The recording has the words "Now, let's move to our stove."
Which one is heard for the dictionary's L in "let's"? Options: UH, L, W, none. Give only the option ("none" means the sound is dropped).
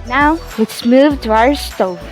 W